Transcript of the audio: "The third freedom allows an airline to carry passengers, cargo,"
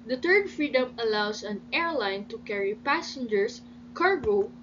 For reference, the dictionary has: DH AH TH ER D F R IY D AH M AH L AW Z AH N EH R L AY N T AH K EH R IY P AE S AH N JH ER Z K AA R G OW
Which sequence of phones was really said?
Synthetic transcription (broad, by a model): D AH T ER D F R IY D AH M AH L AW S AH N EH R L AY N T AH K EH R IY P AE S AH N JH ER S K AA R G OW